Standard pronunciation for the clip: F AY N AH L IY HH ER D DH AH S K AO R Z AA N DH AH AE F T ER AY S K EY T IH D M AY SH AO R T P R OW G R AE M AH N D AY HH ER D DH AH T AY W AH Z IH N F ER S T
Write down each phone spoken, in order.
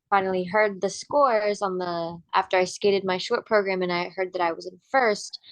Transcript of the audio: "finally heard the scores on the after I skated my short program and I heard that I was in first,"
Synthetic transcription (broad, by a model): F AY N L IY HH ER D DH AH S K AO R Z N DH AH AE F T ER AY S K EY T IH D M AY SH AO R T P R OW G R AE M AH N AY HH ER D DH AH T AY W AH Z IH N F ER S T